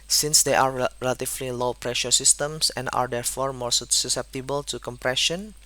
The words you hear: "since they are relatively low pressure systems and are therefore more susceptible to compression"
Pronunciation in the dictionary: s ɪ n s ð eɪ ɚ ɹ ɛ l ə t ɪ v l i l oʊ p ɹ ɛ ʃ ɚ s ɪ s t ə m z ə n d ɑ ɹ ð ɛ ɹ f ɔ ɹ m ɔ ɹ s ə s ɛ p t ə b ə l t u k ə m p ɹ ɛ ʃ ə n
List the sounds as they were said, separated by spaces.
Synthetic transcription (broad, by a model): s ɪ n s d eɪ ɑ ɹ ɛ l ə t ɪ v l i l oʊ p ɹ ɛ ʃ ɚ s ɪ s t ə m s ə n d ɑ ɹ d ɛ ɹ f ɔ ɹ m ɔ ɹ s ə s ɛ p t ə b ə l t u k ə m p ɹ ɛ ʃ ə n